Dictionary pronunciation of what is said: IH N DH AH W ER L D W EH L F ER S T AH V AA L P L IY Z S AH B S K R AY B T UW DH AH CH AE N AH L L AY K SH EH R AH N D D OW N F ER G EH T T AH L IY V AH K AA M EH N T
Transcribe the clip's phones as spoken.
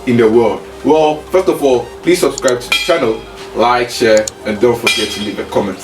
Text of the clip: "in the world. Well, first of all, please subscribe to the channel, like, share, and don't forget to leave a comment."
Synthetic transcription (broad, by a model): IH N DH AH W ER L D W EH L F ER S T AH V AA L P L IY S AH B S K R AY B T UW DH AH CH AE N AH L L AY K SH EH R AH N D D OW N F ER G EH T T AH N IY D AH K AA M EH N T